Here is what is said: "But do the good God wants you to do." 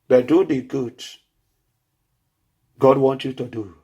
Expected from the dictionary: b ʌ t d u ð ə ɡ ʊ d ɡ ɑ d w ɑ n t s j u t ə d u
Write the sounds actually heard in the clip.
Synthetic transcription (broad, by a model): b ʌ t d u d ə ɡ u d ɡ ɑ d w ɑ n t j u t ə d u